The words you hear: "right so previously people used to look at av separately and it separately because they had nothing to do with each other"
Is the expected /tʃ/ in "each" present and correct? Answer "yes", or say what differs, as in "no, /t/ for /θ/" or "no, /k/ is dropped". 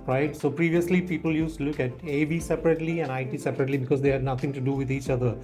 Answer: yes